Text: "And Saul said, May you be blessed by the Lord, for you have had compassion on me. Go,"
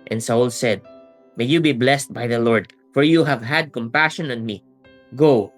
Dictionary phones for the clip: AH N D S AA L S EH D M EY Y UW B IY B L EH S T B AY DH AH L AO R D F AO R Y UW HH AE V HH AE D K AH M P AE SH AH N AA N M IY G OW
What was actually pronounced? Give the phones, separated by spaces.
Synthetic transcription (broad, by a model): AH N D S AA L S EH D M EY Y UW B IY B L EH S T B AY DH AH L AO R D F AO R Y UW HH AE V HH AE D K AH M P AE SH AH N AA N M IY G OW